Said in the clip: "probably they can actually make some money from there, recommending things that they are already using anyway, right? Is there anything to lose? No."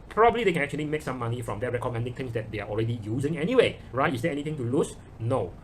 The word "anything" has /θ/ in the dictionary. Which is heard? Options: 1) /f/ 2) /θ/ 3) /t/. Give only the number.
3